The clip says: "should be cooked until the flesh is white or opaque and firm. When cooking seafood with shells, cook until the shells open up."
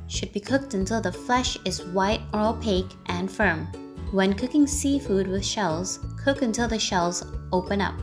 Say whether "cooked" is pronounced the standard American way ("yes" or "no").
yes